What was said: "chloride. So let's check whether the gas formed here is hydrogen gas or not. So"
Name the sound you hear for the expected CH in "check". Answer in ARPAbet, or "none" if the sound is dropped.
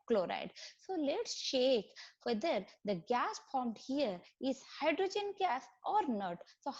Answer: SH